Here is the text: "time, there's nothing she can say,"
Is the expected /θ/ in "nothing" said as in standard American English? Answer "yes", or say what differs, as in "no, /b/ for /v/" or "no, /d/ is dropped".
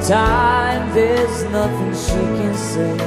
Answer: yes